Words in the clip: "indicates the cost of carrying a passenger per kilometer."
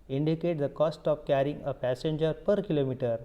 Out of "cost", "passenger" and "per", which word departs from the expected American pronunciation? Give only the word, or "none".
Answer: none